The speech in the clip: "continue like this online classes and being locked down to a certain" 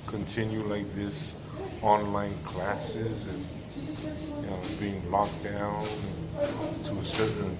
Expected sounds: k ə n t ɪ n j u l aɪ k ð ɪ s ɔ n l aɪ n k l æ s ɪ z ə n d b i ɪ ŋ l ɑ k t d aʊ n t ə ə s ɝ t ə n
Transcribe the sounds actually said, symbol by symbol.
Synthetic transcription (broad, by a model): k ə n t ɪ n j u l aɪ k ð ɪ s ɔ n l aɪ n k l æ s ɪ z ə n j b i ɪ ŋ l ɑ k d aʊ n t ə ə s ɝ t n